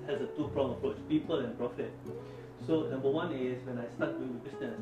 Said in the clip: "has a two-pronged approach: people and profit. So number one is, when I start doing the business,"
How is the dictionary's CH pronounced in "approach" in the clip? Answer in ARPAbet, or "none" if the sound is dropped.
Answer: CH